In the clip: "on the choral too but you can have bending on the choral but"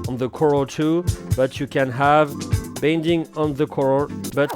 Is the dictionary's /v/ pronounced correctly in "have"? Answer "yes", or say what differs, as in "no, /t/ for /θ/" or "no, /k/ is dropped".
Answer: yes